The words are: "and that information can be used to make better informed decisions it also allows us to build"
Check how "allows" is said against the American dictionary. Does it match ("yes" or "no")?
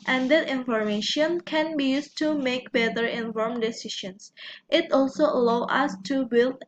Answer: no